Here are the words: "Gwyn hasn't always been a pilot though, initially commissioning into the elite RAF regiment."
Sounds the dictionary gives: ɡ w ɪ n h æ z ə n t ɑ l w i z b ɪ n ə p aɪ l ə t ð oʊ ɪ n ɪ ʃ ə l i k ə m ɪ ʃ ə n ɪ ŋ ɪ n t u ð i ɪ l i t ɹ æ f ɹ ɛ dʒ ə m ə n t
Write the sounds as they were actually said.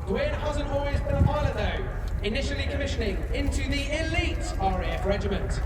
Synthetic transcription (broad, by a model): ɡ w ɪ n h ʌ z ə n ɑ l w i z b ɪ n ə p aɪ l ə ð oʊ ɪ n ɪ ʃ ə l i k ə m ɪ ʃ ə n ɪ ŋ ɪ n t u ð i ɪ l i t ɹ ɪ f ɹ ɛ dʒ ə m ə n t